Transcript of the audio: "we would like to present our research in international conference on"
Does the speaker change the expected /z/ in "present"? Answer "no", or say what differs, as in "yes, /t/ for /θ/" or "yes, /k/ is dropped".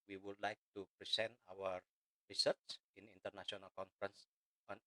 yes, /s/ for /z/